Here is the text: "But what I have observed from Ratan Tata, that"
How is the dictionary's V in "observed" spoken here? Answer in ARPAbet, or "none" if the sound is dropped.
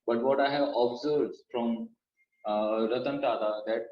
F